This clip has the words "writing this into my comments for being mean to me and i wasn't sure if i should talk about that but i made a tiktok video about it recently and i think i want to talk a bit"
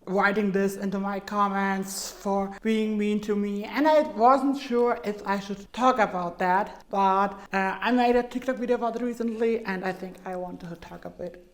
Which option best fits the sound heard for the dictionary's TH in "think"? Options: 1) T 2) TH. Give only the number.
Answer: 2